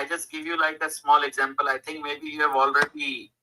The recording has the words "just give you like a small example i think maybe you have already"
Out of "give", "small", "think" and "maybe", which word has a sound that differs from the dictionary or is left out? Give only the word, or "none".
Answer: think